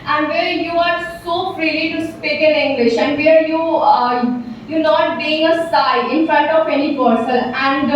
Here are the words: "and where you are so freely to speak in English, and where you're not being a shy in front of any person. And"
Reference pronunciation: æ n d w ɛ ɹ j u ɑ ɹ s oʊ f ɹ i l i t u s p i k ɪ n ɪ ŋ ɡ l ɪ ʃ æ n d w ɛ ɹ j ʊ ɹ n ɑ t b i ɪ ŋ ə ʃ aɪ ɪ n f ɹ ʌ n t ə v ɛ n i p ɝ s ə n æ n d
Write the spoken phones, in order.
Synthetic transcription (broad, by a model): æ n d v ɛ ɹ j u ɑ ɹ s oʊ f ɹ i l i t u s p i k ɪ n ɪ ŋ ɡ l ɪ ʃ æ n d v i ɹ j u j n ɑ t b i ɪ ŋ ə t aɪ ɪ n f ɹ ʌ n t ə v ɛ n i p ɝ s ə l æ n d